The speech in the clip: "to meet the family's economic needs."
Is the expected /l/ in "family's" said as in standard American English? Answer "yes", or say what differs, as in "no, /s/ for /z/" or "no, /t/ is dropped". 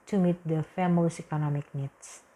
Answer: no, /l/ is dropped